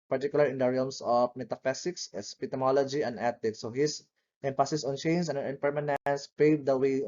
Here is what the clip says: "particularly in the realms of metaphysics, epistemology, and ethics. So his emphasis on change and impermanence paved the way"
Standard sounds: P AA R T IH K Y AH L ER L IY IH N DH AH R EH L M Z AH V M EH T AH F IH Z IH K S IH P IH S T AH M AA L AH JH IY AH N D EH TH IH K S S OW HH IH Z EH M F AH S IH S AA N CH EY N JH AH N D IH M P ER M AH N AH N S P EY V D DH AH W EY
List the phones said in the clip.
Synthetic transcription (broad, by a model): P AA R T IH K Y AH L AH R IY IH N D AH R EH L M S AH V M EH T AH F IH S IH K S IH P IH T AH M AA L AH JH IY AH N D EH T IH K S S OW HH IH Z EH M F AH S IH S AA N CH EY N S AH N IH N P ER M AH N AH N S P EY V D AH W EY